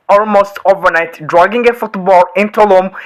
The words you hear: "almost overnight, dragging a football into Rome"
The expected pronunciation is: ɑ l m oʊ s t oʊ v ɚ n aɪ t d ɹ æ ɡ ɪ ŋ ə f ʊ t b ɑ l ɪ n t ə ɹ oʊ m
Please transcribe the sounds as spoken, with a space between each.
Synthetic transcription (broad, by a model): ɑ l m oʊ s t oʊ v ɚ n aɪ t d ɹ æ ɡ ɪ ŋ ə f ʊ t b ɑ l ɪ n t ə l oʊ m